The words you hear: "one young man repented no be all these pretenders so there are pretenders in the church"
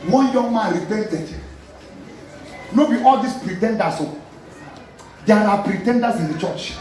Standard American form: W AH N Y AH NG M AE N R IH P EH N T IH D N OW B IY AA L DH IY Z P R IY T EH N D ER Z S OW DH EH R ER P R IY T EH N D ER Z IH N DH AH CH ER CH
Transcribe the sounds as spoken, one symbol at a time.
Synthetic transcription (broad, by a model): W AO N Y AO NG M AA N R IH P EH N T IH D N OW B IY AA L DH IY S P R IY T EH N D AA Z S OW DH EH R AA P R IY T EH N D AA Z IH N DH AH CH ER CH